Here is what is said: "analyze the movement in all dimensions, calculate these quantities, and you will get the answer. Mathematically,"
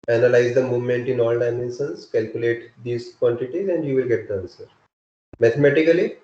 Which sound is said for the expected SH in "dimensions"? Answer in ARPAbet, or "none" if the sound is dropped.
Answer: S